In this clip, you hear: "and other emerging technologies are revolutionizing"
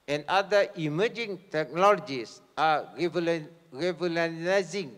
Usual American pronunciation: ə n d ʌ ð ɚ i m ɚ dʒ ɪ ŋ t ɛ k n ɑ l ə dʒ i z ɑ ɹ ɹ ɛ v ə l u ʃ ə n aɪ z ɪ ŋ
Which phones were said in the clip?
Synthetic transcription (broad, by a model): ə n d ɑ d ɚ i m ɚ dʒ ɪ ŋ t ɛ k n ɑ l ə dʒ i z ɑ l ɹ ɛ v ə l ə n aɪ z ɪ ŋ